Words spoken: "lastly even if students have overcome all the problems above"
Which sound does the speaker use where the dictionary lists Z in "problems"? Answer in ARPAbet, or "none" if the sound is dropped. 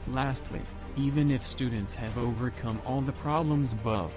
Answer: Z